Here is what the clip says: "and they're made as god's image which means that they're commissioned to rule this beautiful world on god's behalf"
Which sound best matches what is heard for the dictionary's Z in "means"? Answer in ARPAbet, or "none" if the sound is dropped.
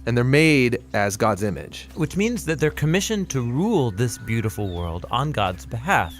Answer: Z